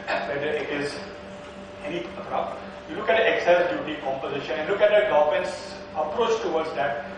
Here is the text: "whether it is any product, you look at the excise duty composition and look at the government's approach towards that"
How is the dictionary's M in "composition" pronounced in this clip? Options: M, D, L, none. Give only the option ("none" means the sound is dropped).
M